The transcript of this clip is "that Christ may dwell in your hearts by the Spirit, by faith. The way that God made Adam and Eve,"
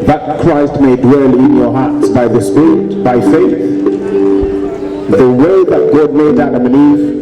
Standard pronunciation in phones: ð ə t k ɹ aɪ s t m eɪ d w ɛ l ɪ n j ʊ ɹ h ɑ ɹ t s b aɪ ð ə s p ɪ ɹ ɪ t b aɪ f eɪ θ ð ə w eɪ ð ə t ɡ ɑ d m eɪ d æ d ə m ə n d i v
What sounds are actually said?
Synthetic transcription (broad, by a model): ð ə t k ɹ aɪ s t m eɪ d w ɛ l ɪ n j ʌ ɹ h ɑ ɹ t s b aɪ ð ə s p ɪ ɹ ɪ t b aɪ f eɪ θ ð ə w eɪ ð ə t ɡ ɑ d m eɪ d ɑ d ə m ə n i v